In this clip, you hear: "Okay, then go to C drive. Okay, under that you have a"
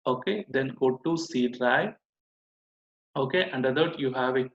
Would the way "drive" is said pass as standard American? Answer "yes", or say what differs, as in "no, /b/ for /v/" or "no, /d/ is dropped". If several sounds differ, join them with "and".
no, /v/ is dropped